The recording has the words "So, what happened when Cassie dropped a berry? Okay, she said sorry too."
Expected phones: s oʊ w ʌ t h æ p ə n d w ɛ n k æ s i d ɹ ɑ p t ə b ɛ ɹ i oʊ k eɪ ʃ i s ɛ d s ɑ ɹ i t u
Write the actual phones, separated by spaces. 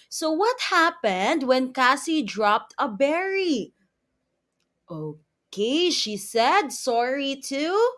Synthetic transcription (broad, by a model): s oʊ w ʌ t h æ p ə n d w ɛ n k æ s i d ɹ ɑ p t ə b ɛ ɹ i oʊ k eɪ ʃ i s ɛ d s ɑ ɹ i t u